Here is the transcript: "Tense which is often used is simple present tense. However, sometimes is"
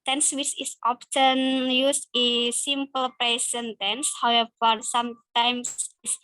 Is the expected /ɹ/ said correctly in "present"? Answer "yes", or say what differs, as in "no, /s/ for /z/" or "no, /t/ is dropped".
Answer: no, /ɹ/ is dropped